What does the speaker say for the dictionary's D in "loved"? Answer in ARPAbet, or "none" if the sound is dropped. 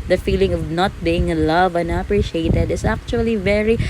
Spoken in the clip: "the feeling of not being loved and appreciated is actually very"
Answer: none